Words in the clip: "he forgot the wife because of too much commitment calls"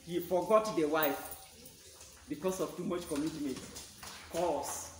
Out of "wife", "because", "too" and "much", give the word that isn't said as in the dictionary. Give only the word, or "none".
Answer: because